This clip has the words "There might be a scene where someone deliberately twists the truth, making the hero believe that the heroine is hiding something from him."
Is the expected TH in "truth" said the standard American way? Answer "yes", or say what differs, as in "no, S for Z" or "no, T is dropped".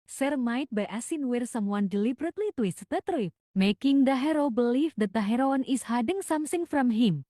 no, F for TH